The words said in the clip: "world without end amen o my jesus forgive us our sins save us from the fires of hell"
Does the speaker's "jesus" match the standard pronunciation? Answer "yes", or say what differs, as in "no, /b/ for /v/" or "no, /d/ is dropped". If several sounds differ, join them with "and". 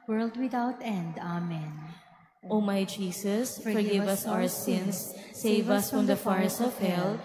no, /s/ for /z/